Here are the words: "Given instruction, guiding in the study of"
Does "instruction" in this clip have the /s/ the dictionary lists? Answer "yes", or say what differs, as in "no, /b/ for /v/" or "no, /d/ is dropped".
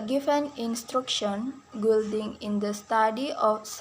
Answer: yes